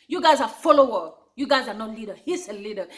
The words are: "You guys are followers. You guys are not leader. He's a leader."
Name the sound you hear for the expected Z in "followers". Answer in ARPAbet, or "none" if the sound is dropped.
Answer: none